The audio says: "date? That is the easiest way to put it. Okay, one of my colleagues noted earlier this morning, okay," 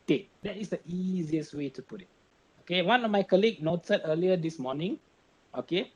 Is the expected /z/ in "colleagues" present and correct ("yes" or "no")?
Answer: no